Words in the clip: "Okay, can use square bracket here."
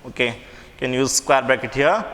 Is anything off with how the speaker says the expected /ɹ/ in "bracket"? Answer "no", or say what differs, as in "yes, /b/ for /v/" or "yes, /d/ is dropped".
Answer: yes, /ɹ/ is dropped